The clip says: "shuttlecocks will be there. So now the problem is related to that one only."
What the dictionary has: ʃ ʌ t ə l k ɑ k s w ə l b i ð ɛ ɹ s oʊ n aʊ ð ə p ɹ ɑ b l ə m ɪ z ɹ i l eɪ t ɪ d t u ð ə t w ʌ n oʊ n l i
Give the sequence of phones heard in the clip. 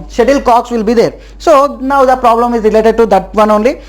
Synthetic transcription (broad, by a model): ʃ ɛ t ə l k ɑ k s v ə l b i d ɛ ɹ s oʊ n aʊ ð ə p ɹ ɑ b l ə m ɪ z ɹ i l eɪ t ɪ d t u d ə t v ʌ n oʊ n l i